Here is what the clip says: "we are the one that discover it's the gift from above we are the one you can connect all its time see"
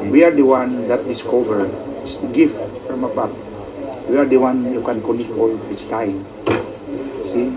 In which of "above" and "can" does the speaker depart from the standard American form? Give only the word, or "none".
above